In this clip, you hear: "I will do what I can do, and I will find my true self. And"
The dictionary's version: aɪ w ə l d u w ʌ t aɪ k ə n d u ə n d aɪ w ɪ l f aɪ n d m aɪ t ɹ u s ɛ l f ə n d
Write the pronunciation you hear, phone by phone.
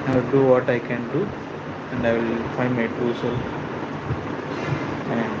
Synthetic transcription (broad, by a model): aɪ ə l d u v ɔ t aɪ k ə n d u ə n d aɪ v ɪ l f aɪ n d m aɪ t u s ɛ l ə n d